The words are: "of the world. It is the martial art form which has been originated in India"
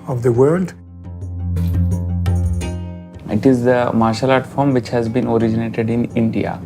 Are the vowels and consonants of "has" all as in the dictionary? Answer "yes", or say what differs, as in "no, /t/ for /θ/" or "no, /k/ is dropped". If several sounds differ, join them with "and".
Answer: yes